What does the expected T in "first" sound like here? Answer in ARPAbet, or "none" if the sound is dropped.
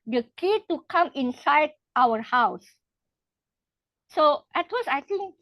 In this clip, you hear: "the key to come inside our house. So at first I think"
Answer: none